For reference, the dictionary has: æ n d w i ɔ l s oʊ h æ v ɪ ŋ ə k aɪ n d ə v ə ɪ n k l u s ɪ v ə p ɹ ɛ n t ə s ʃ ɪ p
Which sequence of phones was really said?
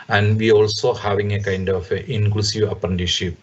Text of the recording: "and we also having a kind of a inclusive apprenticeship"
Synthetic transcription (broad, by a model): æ n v i ɔ l s oʊ h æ v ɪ ŋ ə k aɪ n d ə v ə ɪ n k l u s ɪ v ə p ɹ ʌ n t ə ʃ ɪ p